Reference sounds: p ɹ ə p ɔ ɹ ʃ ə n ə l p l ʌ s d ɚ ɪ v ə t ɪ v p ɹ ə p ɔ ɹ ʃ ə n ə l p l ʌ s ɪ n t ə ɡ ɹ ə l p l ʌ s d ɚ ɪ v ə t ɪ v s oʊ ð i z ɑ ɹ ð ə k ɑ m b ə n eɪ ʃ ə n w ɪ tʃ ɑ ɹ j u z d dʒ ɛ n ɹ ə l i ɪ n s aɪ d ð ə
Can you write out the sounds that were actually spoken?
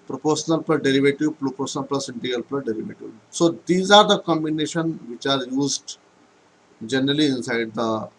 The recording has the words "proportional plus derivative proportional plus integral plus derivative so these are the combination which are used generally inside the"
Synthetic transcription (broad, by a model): p ɹ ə p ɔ ɹ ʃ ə n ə l p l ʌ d d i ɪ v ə t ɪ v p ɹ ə p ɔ ɹ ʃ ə n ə l p l ʌ s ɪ n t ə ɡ ə l p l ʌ d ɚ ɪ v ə t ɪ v s oʊ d i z ɑ ɹ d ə k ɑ m b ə n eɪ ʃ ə n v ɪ tʃ ɑ ɹ j u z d dʒ ɛ n ɹ ə l i ɪ n s aɪ d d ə